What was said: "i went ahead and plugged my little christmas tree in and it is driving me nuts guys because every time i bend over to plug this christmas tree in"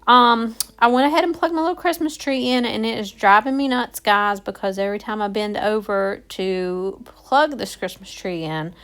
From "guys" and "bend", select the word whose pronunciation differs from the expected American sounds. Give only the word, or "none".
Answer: none